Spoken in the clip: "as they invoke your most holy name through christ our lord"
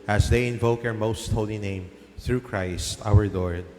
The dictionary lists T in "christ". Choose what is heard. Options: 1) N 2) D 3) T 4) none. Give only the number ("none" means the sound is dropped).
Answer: 3